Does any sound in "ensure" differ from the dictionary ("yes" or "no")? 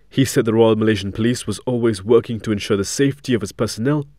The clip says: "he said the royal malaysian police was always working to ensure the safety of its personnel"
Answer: no